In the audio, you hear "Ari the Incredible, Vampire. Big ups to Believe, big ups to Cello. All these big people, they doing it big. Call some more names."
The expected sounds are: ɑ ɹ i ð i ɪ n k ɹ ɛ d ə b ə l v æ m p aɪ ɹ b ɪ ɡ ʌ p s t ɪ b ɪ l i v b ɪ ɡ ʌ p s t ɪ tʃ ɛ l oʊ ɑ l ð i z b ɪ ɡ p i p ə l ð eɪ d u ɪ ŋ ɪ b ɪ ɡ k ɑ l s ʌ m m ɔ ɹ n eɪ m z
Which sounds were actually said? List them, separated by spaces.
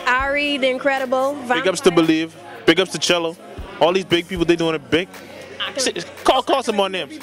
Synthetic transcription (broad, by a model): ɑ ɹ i ð i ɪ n k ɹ ɛ d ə b l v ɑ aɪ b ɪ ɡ ʌ p s t ɪ b ɪ l i v b ɪ ɡ ʌ p s t ɪ tʃ ɛ l oʊ ɑ l ð i z b ɪ ɡ p i p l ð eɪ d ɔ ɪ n ɪ b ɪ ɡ k ɑ l s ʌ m m ɔ ɹ n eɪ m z